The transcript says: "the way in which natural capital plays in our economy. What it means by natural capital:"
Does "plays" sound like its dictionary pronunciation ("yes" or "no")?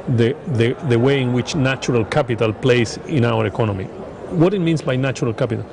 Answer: no